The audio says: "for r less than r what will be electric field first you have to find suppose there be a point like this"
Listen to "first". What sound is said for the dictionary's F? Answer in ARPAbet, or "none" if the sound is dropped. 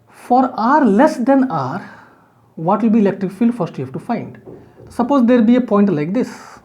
F